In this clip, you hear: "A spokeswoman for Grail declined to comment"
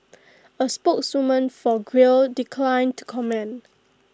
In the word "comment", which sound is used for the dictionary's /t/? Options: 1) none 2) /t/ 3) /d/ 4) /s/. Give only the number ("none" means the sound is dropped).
1